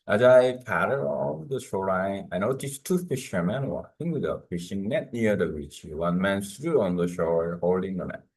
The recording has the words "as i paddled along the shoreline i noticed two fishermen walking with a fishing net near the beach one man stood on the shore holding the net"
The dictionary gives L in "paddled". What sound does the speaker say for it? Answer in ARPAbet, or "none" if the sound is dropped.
none